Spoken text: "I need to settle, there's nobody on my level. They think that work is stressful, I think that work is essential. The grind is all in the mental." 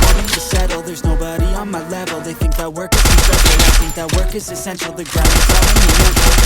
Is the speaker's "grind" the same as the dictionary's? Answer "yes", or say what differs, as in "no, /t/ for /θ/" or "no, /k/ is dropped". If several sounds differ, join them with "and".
no, /n/ is dropped